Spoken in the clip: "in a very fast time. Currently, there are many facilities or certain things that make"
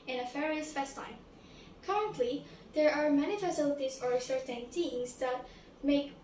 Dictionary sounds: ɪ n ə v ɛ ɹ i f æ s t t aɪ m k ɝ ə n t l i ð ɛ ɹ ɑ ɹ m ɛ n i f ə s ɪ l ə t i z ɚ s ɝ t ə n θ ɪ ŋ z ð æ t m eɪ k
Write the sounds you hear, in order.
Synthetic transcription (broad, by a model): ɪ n ə f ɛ ɹ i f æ s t t aɪ m k ɝ ə n t l i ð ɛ ɹ ɑ ɹ m ɛ n i f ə s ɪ l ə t i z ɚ s ɝ t ə n t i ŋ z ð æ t m eɪ k